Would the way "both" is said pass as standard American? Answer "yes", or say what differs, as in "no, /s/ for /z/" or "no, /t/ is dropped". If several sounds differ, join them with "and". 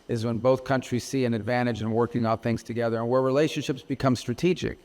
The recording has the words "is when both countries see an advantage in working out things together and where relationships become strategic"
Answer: yes